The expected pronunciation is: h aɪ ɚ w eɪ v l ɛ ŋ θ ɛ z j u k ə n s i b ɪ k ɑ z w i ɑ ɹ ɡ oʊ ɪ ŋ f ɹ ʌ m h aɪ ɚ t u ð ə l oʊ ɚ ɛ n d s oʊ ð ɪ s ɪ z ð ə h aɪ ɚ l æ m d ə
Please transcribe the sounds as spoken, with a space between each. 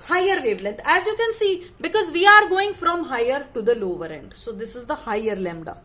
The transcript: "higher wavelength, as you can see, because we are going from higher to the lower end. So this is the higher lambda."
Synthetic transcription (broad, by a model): h aɪ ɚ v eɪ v l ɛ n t ɛ z j u k ə n s i b ɪ k ɑ z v i ɑ ɹ ɡ oʊ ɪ ŋ f ɹ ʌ m h aɪ ɚ t u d ə l oʊ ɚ ɛ n d s oʊ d ɪ s ɪ z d ə h aɪ ɚ l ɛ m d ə